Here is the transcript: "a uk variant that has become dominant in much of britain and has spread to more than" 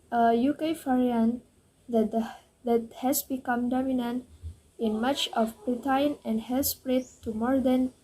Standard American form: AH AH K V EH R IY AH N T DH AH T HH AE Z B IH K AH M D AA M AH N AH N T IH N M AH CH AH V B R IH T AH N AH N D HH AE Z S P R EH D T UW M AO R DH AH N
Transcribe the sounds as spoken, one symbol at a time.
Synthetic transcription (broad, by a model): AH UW K F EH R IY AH N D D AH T HH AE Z B IH K AH M D AA M AH N AH N T IH N M AH CH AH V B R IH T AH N AH N D HH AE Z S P R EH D T UW M AO R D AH N